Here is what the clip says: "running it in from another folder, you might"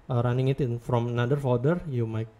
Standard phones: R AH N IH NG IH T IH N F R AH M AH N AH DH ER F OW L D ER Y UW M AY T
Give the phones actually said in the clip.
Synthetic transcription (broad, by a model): R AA N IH NG IH T IH N F R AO M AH N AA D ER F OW D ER Y UW M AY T